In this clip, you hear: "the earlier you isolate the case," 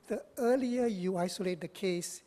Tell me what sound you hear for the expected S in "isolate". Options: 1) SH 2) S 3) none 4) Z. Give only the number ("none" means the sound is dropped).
2